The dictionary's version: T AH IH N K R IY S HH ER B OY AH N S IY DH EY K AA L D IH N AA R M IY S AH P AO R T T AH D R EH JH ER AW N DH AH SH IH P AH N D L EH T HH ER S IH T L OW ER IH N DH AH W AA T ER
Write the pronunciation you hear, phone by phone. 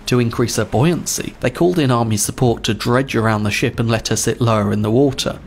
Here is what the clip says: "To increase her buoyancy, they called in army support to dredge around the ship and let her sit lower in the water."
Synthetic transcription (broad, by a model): T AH IH N K R IY S HH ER B OY AH N S IY DH EY K AA L D IH N AA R M IY S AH P AO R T T AH D R EH JH ER AW N DH AH SH IH P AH N L EH T HH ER S IH T L OW ER IH N DH AH W AA T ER